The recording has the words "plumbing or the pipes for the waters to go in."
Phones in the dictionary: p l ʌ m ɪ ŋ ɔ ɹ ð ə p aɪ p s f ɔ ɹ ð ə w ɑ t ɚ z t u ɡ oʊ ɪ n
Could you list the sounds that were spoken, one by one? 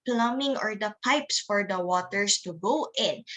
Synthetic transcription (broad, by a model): p l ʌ m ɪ ŋ ɔ ɹ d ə p aɪ p s f ɔ ɹ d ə w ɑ t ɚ s t u ɡ oʊ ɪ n